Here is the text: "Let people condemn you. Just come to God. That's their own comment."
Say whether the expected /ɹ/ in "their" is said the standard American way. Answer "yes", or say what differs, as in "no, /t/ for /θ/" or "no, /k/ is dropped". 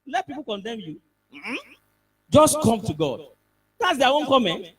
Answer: no, /w/ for /ɹ/